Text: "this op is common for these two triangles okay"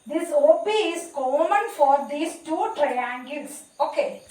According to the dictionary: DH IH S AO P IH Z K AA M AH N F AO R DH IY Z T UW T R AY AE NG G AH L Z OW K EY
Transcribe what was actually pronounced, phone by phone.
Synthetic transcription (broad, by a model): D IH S AO B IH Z K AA M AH N F AO R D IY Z T UW T R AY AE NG G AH L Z OW K EY